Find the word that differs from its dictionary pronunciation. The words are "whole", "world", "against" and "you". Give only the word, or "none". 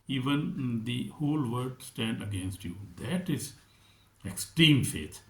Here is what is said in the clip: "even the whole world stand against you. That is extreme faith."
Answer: world